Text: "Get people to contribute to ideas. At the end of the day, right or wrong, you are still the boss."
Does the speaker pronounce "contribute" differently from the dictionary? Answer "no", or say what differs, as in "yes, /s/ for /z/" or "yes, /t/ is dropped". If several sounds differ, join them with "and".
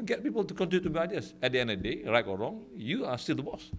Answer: yes, /ɹ/ is dropped